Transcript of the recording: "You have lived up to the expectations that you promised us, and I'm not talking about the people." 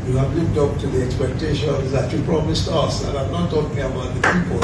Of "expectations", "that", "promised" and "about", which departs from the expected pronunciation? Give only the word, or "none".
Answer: none